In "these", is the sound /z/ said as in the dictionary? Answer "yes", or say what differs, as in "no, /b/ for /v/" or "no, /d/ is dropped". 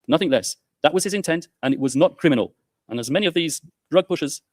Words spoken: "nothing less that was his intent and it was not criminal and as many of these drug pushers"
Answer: yes